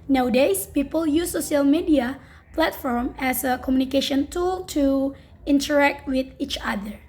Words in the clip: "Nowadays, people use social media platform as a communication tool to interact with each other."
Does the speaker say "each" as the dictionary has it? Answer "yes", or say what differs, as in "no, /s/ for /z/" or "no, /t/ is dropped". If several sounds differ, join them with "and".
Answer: yes